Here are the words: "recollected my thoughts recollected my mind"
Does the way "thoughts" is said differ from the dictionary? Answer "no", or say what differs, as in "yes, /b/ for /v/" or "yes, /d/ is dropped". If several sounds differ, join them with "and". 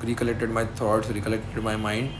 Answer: yes, /t/ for /θ/